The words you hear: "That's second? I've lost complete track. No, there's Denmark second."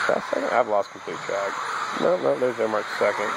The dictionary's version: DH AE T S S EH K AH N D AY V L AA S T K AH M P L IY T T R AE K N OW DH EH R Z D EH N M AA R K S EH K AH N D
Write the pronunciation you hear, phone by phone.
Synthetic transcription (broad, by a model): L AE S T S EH K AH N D AY V L AA S T K M P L IY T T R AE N N OW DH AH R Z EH M AA R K S EH K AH N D